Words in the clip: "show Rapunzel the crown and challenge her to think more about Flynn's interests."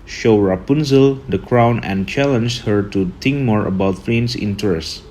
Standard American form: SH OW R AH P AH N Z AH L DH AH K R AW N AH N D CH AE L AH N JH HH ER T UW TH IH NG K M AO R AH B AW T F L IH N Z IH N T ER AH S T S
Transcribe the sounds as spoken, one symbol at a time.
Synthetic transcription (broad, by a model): SH OW R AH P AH N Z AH L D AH K R AW N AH N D CH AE L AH N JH HH ER T UW T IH NG K M AO R AH B AW T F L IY N S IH N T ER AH S T